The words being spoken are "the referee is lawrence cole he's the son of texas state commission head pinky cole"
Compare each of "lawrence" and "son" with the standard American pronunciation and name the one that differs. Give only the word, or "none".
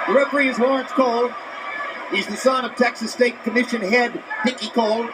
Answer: lawrence